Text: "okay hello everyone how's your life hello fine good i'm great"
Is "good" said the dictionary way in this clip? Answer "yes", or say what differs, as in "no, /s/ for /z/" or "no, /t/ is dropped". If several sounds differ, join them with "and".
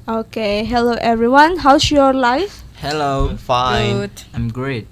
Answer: no, /d/ is dropped